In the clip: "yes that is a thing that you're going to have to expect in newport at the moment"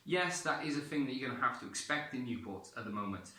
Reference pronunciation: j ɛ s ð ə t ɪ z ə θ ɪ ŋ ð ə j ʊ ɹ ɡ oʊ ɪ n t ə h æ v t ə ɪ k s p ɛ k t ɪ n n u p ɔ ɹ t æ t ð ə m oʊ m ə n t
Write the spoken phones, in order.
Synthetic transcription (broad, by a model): j ɛ s ð ə t ɪ z ə θ ɪ ŋ ð ə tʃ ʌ ɡ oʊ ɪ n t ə h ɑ f t ə ɪ k s p ɛ k t ɪ n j u p ɔ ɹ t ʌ t ð ə m oʊ m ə n t